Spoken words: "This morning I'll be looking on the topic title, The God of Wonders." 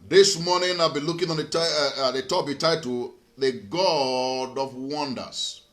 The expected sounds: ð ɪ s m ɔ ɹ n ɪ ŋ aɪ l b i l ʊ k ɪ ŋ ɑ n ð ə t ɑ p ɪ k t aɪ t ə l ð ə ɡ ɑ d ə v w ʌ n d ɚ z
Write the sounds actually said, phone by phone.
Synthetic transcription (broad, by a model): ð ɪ s m ɔ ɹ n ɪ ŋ aɪ l b i l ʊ k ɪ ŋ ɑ n ð ə t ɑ b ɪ t aɪ t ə ð ə ɡ ɑ d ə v w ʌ n d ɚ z